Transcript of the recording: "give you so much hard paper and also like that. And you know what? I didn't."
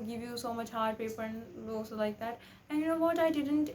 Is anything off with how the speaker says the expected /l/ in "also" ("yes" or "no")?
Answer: yes